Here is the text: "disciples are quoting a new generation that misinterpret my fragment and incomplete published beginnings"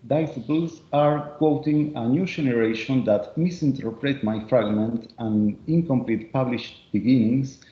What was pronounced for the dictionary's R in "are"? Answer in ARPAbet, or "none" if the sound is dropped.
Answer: R